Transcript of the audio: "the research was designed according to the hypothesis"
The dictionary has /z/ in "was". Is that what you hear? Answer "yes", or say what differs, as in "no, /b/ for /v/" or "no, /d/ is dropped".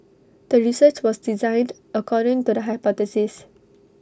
no, /s/ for /z/